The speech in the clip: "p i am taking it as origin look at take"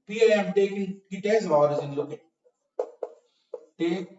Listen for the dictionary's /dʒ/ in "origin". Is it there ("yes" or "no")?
no